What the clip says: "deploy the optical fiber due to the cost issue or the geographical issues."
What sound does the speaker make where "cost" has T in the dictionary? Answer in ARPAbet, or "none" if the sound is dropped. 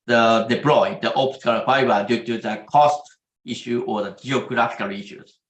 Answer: T